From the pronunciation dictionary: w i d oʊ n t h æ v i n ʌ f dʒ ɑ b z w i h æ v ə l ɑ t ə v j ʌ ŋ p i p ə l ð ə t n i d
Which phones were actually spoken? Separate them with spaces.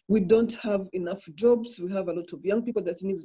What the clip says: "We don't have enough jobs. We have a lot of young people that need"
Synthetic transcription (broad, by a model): w i d oʊ n t h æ v i n ʌ f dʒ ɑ b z w i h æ v ə l ɑ t ə v j ʌ ŋ p i p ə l ð ə t n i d